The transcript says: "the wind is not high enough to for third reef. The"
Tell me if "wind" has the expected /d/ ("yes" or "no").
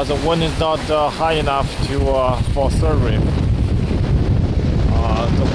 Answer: no